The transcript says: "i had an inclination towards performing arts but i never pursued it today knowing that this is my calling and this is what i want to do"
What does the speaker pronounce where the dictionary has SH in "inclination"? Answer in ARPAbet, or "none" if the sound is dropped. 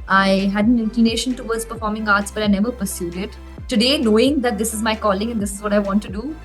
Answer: SH